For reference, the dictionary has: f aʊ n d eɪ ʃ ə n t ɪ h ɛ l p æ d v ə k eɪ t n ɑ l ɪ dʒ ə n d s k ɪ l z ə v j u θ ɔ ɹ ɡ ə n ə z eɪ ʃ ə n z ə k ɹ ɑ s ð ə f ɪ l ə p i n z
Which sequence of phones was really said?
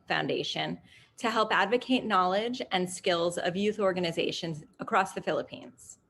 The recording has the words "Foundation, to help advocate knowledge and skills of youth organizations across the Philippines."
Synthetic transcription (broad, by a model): f aʊ n d eɪ ʃ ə n t ɪ h ɛ l p æ d v ə k eɪ t n ɑ l ɪ dʒ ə n s k ɪ l z ə v j u θ ɔ ɹ ɡ ə n ə z eɪ ʃ ə n z ə k ɹ ɑ s ð ə f ɪ l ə p i n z